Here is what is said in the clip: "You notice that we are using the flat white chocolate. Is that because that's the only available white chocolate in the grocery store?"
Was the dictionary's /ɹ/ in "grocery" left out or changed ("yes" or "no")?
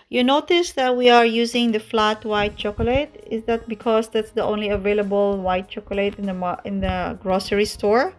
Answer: no